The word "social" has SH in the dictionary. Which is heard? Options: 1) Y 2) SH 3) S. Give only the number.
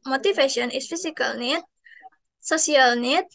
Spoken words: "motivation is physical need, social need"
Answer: 3